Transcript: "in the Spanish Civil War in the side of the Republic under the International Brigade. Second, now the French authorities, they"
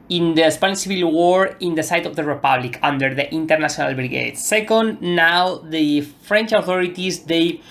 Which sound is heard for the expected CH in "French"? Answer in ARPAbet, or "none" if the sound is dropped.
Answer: CH